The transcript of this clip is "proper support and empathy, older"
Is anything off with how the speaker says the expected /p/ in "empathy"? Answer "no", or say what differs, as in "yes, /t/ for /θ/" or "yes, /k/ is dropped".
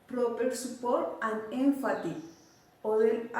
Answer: yes, /f/ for /p/